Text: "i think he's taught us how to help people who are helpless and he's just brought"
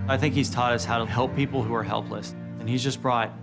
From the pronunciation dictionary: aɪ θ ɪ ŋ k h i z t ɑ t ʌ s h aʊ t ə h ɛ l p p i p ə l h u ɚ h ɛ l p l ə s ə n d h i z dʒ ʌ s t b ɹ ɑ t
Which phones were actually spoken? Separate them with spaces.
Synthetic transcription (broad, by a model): aɪ θ ɪ ŋ k h i z t ɑ t ʌ s h aʊ t ə h ɛ l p p i p l h u ɚ h ɛ l p l ə s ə n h i z dʒ ʌ s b ɹ ɑ t